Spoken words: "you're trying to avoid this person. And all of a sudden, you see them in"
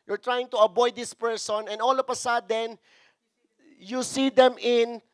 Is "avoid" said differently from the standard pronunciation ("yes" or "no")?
yes